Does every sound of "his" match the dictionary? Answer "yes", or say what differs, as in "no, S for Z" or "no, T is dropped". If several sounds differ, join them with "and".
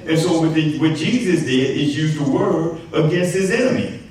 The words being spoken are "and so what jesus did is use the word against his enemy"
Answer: yes